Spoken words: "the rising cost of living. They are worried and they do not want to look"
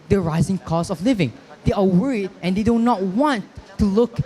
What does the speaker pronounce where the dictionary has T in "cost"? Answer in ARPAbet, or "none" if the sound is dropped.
none